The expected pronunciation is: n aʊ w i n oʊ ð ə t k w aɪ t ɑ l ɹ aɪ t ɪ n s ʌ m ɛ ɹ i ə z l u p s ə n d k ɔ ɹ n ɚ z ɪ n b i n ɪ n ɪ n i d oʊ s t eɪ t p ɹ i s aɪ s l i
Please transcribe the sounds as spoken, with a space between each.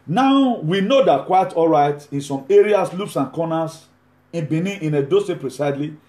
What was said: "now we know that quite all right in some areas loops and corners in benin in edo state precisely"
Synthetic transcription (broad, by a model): n aʊ w i n oʊ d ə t k w aɪ t ɑ l ɹ aɪ t ɪ n s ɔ m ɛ ɹ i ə s l u p s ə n k ɔ n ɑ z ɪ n b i n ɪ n ɪ n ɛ d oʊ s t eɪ p ɹ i s aɪ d l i